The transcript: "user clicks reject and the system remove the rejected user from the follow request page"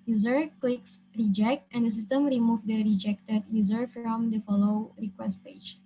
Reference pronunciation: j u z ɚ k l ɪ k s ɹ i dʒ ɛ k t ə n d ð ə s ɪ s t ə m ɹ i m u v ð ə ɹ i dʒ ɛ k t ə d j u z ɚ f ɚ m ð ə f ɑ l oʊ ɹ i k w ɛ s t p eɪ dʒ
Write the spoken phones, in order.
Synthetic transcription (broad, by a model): j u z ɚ k l ɪ k s ɹ i dʒ ɛ k t ə n d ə s ɪ s t ə m ɹ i m u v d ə ɹ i dʒ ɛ k t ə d j u z ɚ f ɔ m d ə f ɑ l oʊ ɹ i k w ɛ s t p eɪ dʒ